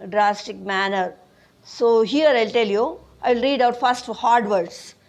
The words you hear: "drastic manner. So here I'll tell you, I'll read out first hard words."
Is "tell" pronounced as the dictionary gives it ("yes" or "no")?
yes